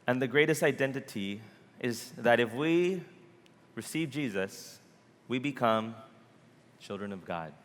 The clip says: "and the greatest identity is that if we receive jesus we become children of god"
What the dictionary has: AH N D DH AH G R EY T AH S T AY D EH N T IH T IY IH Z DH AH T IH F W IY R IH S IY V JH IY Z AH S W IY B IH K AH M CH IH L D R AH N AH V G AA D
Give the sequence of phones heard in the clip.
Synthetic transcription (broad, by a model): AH N DH AH G R EY T AH S T AY D EH N T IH T IY IH Z DH AH T IH F W IY R IH S IY V JH IY Z AH S W IY B IH K AH M CH IH L D R AH N AH V G AA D